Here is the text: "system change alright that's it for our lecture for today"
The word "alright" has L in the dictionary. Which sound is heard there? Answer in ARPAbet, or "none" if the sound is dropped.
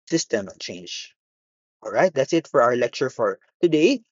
L